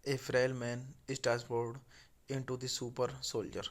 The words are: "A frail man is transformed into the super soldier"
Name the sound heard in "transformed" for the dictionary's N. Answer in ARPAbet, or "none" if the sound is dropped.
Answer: none